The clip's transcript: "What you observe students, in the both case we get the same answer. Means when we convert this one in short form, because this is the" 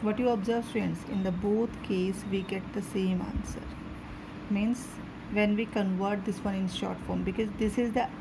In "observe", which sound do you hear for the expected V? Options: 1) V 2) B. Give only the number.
1